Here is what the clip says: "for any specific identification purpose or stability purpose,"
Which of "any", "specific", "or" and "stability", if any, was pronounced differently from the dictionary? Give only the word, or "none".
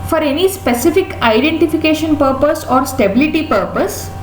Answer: none